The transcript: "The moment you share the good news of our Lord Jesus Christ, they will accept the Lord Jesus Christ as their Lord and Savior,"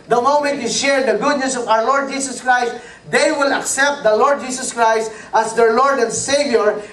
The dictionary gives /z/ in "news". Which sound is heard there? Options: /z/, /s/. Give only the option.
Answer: /s/